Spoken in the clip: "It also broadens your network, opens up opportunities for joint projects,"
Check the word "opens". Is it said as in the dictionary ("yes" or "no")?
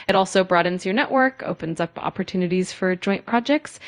yes